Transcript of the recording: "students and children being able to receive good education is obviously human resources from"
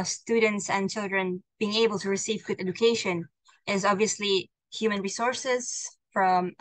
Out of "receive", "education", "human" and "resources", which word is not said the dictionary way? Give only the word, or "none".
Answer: none